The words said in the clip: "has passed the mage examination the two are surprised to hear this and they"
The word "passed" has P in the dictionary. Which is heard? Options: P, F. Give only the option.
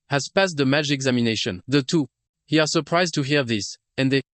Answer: P